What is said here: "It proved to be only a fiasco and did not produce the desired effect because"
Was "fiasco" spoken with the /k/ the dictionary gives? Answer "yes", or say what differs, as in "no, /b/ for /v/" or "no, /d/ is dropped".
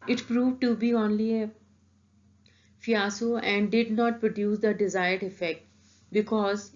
no, /k/ is dropped